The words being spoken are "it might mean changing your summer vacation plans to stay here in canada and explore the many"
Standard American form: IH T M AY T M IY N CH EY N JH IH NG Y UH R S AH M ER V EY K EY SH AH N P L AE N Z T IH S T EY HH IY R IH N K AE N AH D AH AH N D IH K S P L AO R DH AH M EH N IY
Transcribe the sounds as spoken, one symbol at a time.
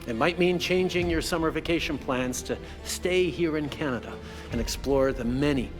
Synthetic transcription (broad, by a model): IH T M AY T M IY N CH EY N JH IH NG Y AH R S AH M ER V EY K EY SH AH N P L AE N Z T IH S T EY HH IY R IH N K AE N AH D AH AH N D IH K S P L AO R DH AH M EH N IY